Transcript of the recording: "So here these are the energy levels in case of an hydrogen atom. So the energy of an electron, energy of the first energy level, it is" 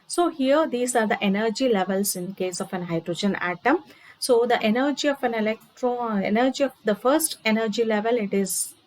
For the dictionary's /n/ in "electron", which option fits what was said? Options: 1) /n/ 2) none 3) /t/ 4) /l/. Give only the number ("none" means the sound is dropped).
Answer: 2